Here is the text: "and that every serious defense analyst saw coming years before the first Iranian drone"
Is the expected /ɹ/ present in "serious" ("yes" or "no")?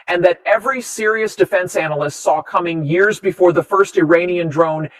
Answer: yes